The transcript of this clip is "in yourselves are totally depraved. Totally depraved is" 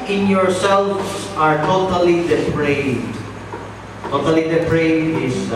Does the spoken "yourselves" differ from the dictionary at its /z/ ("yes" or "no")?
yes